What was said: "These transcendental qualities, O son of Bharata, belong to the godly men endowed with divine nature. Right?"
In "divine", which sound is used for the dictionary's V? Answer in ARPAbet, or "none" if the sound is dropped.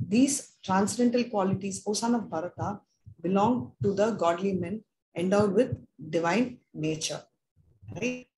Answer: V